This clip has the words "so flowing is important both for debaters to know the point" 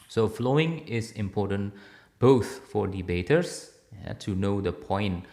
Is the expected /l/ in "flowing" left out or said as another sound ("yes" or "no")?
no